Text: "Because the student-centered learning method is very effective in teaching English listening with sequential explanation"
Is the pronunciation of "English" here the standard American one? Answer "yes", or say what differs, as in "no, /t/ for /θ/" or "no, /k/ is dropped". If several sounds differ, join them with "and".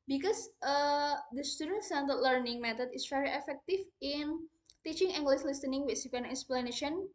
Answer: no, /s/ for /ʃ/